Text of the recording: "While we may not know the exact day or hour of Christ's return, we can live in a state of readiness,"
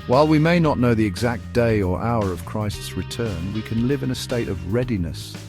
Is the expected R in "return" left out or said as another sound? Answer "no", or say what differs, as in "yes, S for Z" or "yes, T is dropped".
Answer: no